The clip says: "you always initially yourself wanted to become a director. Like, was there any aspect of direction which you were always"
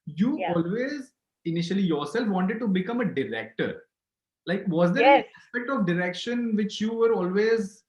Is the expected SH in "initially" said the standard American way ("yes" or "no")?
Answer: yes